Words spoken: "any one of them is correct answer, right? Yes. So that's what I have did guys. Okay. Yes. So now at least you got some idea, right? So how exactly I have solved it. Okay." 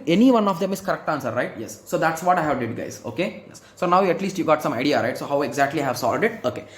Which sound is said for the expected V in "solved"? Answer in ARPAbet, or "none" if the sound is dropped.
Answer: none